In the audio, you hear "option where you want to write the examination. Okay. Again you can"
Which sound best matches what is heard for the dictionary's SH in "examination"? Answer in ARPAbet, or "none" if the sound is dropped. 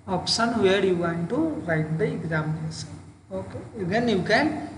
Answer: S